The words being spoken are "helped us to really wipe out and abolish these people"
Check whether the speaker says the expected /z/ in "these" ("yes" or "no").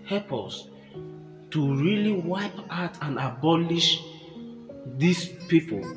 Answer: no